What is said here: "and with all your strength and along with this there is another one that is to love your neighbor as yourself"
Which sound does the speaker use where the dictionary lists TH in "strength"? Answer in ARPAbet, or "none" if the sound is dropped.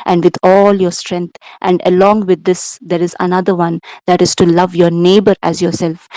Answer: T